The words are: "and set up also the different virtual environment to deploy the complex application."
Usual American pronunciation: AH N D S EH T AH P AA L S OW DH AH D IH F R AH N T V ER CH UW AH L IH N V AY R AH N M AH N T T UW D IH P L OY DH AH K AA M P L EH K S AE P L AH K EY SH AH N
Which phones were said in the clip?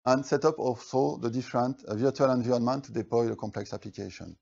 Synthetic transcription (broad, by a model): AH N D S EH T AH P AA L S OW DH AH D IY F R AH N T V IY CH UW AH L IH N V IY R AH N M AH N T T UW D IH P L OY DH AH K AA M P L EH K S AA P L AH K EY SH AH N